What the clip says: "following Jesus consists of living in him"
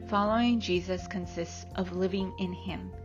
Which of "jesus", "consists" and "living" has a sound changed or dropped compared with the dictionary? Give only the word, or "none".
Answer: none